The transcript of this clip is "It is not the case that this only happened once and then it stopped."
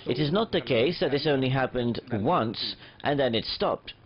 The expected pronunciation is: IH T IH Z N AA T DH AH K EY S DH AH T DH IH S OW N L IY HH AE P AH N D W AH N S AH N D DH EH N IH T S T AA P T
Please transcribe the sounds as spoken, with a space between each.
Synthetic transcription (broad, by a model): IH T IH Z N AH T DH AH K EY S DH AH T DH IH S OW N L IY HH AE P AH N D W AH N S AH N DH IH N IH T S T AA P T